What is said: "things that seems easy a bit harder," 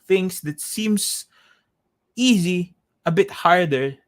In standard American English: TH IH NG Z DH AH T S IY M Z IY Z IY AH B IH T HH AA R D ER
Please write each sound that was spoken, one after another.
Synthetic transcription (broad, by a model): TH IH NG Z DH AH T S IY M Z IY Z IY AH B IH T HH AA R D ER